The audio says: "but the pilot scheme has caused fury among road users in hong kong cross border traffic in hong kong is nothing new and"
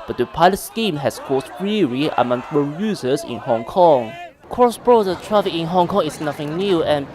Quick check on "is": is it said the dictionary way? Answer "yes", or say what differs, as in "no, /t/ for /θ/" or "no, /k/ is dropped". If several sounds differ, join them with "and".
no, /s/ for /z/